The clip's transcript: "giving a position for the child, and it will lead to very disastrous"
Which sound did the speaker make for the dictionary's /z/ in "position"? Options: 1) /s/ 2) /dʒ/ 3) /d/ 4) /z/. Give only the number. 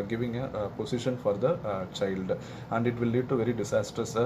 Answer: 1